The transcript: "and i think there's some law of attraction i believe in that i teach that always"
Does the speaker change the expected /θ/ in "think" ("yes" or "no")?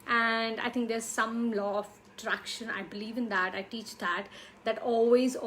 yes